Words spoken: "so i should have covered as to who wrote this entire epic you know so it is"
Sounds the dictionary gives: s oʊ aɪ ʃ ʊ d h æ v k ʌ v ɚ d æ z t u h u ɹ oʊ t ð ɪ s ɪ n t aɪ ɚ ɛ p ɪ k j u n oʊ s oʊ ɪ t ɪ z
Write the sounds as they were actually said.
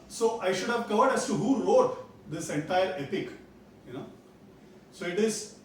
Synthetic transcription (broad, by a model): s oʊ aɪ ʃ ʊ d h æ v k ʌ v ɚ d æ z t u h u ɹ oʊ t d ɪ s ɪ n t aɪ ɚ ɛ p ɪ k j u n oʊ s oʊ ɪ t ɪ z